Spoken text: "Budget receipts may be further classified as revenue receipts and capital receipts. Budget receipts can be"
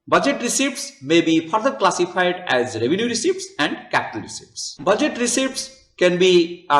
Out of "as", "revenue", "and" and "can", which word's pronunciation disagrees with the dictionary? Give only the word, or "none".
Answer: none